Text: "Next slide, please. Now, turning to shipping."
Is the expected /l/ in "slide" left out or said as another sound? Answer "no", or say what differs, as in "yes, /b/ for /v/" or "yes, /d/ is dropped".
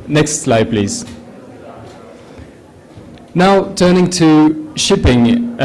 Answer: no